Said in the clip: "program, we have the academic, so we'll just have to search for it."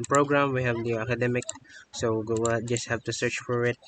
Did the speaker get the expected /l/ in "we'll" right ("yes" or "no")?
no